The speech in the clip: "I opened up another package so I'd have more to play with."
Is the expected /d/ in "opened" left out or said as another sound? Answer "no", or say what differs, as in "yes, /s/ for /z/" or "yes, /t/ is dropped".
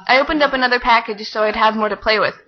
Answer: no